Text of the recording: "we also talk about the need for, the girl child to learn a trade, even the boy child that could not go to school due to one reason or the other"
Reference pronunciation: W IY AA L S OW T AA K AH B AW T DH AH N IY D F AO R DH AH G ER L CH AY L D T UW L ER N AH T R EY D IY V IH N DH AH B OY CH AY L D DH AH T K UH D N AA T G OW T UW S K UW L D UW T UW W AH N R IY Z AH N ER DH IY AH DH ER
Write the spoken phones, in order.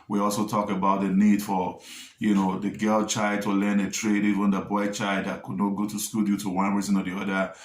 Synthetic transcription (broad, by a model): W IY AA L S OW T AA K AH B AW T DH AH N IY D F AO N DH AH G ER L CH AY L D T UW L ER N AH T R EY D IY V IH N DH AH B OY CH AY L D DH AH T K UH D N AA T G OW T UW S K UW L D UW T UW W AH N R IY Z AH N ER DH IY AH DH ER